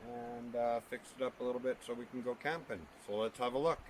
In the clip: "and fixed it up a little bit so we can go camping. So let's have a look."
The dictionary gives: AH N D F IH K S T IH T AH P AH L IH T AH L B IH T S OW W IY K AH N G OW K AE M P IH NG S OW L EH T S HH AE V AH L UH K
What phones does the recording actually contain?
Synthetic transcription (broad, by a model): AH N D F IH K S IH T AH P AH L IH T L B IH T S OW W IY K N G OW K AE M P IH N S OW L EH T S HH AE V AH L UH K